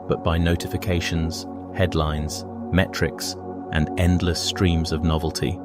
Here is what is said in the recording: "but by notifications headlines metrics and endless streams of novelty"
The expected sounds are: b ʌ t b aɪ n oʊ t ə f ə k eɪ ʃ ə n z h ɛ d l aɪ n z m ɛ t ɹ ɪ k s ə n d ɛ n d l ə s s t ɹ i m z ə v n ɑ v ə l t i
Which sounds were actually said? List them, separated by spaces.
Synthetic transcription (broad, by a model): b ʌ t b aɪ n oʊ t ə f ə k eɪ ʃ ə n z h ɛ d l aɪ n z m ɛ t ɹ ɪ k s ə n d ɛ n d l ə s s t ɹ i m z ə v n ɑ v ə l t i